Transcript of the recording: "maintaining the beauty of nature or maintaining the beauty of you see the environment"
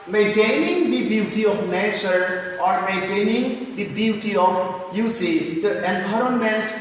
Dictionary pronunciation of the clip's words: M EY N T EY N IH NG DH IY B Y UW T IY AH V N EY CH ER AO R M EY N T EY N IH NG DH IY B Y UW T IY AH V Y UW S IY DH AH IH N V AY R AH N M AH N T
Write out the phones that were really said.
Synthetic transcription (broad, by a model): M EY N T EY N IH NG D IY B Y UW T IY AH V N EY CH ER AO R M EY N T EY N IH NG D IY B Y UW T IY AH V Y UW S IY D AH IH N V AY R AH N M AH N T